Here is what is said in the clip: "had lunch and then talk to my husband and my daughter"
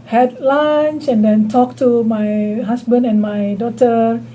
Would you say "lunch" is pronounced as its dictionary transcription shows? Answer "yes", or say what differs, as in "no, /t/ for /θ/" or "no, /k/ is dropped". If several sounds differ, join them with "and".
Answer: no, /s/ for /tʃ/